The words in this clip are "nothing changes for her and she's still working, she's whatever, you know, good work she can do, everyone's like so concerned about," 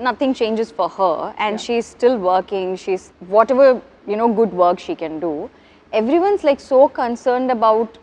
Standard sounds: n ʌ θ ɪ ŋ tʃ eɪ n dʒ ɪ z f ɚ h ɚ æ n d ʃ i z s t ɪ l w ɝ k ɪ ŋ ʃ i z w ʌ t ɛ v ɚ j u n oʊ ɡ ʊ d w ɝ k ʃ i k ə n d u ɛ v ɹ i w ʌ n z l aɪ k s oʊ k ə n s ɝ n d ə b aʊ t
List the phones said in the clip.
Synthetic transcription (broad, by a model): n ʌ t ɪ ŋ tʃ eɪ n dʒ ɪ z f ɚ h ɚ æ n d ʃ i z s t ɪ l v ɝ k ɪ ŋ ʃ i z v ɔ t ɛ v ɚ j u n oʊ ɡ ʊ d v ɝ k ʃ i k ə n d u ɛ v ɹ i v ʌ n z l aɪ k s oʊ k ə n s ɝ n d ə b aʊ t